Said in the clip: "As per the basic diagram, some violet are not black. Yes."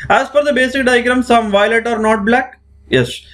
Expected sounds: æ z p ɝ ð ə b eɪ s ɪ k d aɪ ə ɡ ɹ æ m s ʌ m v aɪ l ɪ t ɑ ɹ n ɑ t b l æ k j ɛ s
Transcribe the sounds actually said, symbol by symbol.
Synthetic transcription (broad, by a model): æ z f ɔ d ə b eɪ s ɪ k d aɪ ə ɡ ɹ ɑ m s ʌ m v aɪ l ɪ t ɑ ɹ n ɑ t b l æ k j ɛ s